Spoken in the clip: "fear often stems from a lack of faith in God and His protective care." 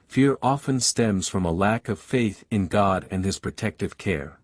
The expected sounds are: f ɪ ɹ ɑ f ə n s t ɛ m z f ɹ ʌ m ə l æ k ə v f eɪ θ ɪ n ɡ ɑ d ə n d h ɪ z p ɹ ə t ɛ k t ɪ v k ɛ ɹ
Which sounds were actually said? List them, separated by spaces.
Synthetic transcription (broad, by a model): f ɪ ɹ ɑ f ə n s t ɛ m z f ɹ ʌ m ə l æ k ə v f eɪ θ ɪ n ɡ ɑ d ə n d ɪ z p ɹ ə t ɛ k t ɪ v k ɛ ɹ